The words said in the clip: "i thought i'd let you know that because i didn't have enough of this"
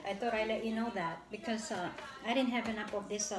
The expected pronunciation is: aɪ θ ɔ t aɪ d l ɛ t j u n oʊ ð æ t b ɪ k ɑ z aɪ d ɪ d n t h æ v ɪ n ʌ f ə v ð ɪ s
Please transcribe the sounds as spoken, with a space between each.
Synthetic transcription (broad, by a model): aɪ t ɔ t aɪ l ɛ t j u n oʊ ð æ t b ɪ k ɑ s aɪ d ɪ d n t h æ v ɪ n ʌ p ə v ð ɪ s